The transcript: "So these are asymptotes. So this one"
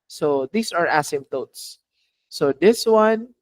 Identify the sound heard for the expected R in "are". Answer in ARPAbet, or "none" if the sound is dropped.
R